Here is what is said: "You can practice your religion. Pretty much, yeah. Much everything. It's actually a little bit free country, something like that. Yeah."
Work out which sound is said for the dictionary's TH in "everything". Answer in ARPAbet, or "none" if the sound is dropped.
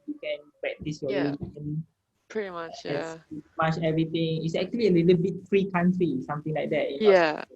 T